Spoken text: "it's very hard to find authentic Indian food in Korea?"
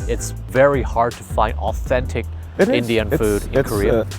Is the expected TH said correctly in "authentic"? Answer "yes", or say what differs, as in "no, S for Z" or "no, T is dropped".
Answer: yes